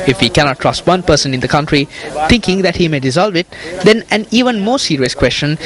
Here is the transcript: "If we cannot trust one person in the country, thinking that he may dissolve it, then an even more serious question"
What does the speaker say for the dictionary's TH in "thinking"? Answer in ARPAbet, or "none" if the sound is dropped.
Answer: T